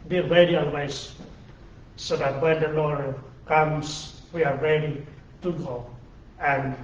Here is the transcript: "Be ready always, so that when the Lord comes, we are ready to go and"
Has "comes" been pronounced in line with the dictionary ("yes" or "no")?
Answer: no